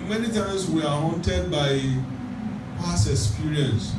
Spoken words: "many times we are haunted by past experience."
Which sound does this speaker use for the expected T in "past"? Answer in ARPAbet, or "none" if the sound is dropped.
none